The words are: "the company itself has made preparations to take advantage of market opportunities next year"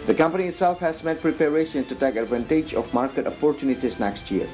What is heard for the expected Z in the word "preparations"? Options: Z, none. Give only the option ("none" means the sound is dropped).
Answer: none